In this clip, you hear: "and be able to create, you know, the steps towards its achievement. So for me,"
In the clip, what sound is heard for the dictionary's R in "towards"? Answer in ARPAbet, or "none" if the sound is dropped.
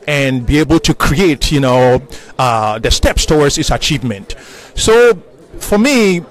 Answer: W